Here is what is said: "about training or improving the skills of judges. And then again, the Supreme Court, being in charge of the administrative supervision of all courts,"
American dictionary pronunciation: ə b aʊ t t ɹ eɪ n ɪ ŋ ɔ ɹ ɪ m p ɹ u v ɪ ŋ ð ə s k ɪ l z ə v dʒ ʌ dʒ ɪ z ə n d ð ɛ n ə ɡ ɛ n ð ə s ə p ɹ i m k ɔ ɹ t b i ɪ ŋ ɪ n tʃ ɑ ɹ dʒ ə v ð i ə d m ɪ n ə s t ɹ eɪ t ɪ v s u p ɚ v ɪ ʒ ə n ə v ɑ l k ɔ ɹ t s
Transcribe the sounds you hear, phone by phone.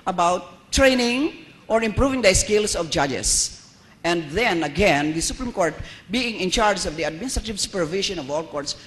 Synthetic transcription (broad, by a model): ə b aʊ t t ɹ eɪ n ɪ ŋ ɔ ɹ ɪ m p ɹ u v ɪ ŋ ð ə s k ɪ l s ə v dʒ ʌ dʒ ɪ s ə n d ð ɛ n ə ɡ ɛ n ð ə s ə p ɹ i m k ɔ ɹ t b i ɪ ŋ ɪ n tʃ ɑ ɹ dʒ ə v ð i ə d m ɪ n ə s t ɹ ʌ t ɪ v s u p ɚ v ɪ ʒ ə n ə v ɑ l k ɔ ɹ t s